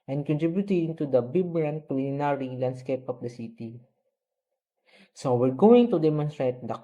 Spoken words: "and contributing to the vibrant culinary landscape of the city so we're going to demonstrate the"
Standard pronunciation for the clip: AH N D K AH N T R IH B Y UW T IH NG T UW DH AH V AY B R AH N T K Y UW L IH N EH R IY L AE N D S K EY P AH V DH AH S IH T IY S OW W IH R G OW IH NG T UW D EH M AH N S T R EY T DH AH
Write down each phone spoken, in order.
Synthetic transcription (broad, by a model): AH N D K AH N T R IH B Y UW T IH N T UW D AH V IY B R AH N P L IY IH N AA R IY L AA N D S K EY P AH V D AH S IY T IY S OW W IH R G OW IH NG T UW D EH M AH N S T R EY T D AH